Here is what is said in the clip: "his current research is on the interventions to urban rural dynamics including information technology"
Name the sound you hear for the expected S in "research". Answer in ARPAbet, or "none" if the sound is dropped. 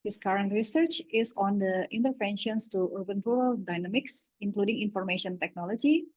S